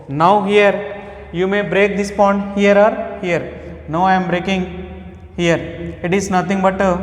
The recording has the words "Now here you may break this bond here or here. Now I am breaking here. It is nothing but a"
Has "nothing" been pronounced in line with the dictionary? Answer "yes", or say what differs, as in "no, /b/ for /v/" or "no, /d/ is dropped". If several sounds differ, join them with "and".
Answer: no, /t/ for /θ/